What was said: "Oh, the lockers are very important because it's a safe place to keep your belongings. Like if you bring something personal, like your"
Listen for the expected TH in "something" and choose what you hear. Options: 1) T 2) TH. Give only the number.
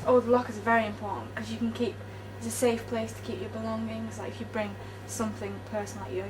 2